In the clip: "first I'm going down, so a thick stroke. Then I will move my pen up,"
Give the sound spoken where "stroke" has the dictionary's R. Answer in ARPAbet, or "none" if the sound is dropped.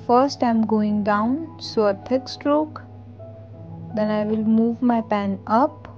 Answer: R